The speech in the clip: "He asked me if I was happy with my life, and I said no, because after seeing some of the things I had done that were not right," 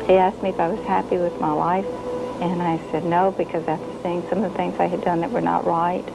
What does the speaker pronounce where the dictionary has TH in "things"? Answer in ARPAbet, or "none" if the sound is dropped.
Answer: TH